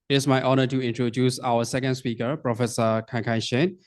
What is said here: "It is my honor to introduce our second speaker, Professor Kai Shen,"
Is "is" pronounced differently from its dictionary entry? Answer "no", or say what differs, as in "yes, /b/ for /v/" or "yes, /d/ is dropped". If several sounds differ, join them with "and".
yes, /s/ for /z/